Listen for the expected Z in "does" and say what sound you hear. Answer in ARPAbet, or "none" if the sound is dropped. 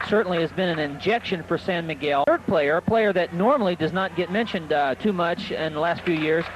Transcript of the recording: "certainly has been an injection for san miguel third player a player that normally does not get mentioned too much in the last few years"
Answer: Z